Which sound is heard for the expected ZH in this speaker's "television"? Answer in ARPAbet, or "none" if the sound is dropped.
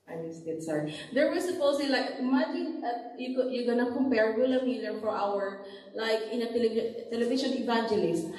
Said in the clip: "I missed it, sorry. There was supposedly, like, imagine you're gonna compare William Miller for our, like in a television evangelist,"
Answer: SH